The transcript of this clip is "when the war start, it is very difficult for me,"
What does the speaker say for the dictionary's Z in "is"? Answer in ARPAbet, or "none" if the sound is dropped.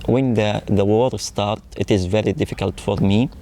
Z